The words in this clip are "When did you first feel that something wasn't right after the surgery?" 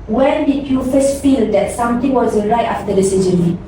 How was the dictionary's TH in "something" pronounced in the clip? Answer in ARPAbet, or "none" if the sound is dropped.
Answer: T